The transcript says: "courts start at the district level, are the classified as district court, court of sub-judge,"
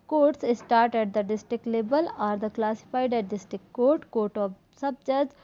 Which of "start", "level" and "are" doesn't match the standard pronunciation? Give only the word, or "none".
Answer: level